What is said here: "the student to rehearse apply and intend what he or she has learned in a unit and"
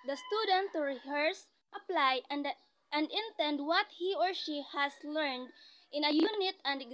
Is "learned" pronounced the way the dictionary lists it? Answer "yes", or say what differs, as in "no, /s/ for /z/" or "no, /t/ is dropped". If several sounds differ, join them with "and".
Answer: yes